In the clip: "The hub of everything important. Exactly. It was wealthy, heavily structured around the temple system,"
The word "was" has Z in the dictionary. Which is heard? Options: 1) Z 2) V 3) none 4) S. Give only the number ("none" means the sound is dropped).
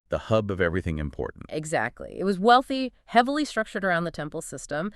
1